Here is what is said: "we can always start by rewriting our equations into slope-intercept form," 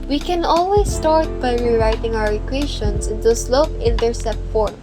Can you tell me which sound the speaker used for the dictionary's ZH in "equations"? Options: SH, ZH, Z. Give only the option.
SH